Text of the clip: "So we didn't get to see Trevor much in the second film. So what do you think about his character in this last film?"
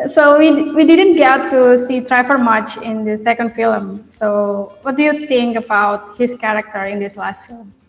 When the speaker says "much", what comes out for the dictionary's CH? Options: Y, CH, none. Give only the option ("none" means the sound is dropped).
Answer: CH